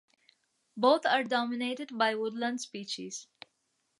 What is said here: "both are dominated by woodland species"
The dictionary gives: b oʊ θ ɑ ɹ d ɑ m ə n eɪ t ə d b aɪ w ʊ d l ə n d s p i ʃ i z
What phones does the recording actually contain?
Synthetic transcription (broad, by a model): b oʊ t ɑ ɹ d ɑ m ə n eɪ t ə d b aɪ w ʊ d l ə n d s p i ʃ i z